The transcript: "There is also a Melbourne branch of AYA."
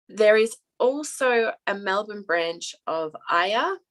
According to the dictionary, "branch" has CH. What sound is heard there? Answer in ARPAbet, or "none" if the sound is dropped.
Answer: CH